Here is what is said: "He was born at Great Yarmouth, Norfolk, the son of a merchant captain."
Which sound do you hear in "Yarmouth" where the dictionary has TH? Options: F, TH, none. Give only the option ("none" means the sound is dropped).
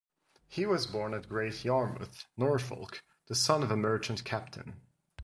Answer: TH